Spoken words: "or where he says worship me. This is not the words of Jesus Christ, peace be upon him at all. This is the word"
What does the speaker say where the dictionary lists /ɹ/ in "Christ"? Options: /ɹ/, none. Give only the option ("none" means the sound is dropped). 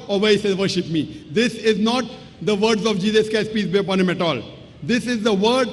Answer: none